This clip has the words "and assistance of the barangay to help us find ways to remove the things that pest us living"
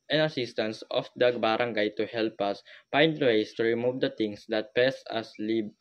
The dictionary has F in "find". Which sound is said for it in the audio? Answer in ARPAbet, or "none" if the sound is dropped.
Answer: P